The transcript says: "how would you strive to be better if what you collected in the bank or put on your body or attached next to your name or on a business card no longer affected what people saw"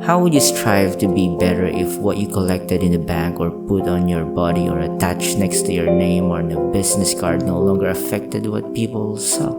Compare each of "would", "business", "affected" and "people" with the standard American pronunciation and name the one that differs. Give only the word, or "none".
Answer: business